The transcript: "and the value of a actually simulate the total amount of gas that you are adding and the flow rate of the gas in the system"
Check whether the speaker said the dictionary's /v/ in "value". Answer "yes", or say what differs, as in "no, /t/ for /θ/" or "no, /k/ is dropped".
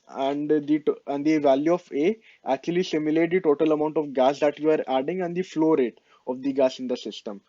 yes